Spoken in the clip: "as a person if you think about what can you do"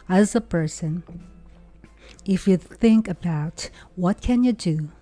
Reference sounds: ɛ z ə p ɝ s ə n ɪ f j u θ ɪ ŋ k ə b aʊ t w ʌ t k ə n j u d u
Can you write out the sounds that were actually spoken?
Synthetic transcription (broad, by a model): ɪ z ə p ɝ s ə n ɪ f j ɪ θ ɪ ŋ k ə b aʊ t w ʌ t k ə n j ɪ d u